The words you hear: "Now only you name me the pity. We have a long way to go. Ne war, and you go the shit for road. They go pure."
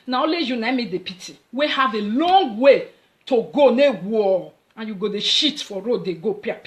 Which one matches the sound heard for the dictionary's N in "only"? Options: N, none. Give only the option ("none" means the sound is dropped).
none